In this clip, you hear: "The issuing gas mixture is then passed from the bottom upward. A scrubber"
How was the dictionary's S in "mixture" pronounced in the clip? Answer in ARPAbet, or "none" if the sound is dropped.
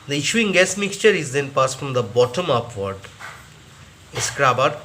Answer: S